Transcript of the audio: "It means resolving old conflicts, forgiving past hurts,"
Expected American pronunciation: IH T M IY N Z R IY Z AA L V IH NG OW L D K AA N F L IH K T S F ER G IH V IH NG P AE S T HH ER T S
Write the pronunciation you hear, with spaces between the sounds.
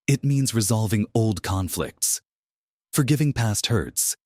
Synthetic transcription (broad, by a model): IH T M IY N Z R IY Z AA L V IH NG OW L D K AA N F L IH K T S F ER G IH V IH NG P AE S T HH ER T S